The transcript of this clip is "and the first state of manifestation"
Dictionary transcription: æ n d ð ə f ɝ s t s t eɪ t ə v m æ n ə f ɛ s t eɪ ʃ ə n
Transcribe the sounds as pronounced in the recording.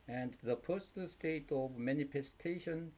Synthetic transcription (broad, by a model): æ n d ð ə p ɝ s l s t eɪ t ə v m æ n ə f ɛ s t eɪ ʃ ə n